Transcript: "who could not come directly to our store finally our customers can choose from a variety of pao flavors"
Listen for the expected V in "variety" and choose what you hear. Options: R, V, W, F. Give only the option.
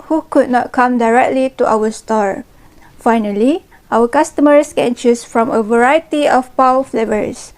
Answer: V